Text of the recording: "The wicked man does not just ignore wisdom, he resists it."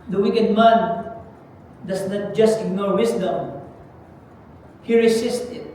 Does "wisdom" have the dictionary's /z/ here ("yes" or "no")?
no